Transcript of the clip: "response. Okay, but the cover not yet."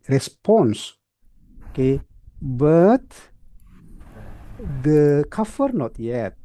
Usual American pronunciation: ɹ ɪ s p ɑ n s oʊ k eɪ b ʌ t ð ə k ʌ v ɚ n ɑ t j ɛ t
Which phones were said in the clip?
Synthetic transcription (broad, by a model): ɹ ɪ s p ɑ n s k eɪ b ʌ t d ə k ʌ f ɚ n ɑ t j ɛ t